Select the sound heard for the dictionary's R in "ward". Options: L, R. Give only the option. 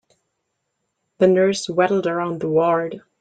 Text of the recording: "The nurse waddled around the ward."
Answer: R